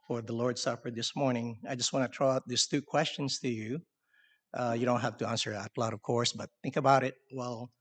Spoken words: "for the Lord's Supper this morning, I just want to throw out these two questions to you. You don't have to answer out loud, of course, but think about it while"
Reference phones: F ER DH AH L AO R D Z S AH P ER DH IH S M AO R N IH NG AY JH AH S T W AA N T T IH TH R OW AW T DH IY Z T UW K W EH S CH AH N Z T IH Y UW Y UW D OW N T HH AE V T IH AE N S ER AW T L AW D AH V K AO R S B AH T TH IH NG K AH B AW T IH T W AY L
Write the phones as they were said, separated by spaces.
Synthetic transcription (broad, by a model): F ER DH AH L AO R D S AH P ER DH IH S M AO R N IH NG AY JH AH S T W AA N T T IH T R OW AW T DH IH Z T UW K W EH S CH AH N Z T IH Y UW Y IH D OW N T HH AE F T IH AE N S ER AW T L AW D AH V K AO R S B AH T TH IH NG K AH B AW T IH T W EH L